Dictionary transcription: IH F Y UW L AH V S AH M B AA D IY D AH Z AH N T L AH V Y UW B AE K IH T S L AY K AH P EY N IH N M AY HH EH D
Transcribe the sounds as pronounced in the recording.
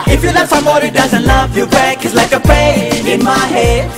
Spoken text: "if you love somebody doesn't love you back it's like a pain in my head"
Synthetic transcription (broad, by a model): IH F Y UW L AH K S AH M AA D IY D AH Z AH N T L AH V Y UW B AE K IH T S L AY K AH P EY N IH N M AY HH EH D